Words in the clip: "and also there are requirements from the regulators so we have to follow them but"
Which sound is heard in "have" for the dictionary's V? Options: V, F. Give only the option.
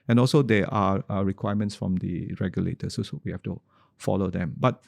F